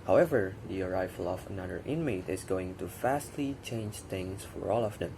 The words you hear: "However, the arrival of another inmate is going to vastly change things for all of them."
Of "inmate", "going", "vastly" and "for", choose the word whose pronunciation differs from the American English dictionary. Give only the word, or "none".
vastly